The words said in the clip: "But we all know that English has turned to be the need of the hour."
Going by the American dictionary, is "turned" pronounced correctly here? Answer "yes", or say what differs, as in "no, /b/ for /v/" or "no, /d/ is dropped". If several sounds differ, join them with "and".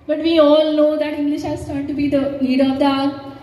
no, /n/ is dropped